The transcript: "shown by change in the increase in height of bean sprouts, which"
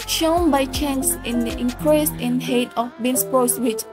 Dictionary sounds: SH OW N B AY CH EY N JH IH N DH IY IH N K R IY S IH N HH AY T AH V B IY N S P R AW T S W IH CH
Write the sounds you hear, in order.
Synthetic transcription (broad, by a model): SH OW N B AY CH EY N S IH N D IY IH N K R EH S IH N HH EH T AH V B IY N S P AO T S W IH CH